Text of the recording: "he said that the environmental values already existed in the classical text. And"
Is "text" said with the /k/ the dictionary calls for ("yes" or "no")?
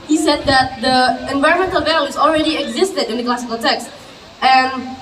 yes